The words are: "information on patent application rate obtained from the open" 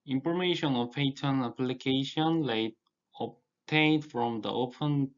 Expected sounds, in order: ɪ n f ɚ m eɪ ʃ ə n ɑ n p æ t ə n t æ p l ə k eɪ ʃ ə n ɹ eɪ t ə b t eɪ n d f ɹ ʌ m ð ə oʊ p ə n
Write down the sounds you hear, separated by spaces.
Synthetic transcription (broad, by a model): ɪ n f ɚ m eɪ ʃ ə n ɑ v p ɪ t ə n æ p l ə k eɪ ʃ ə n l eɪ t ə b t eɪ n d f ɹ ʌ m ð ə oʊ p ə n